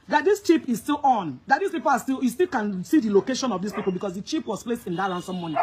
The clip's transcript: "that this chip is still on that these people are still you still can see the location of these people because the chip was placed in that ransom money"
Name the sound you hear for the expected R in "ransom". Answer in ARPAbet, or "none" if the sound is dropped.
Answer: L